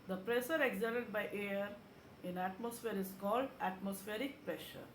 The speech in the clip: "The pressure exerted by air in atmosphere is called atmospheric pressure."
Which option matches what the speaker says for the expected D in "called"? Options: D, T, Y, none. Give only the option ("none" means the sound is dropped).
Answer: D